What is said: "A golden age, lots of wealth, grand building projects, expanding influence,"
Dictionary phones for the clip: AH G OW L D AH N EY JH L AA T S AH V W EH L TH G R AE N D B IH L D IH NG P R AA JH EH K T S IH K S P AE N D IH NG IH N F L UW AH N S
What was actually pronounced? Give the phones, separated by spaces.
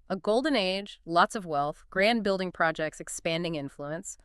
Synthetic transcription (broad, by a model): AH G OW L D N EY JH L AA T S AH V W EH L TH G R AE N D B IH L D IH NG P R AA JH EH K T S IH K S P AE N D IH NG IH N F L UW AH N S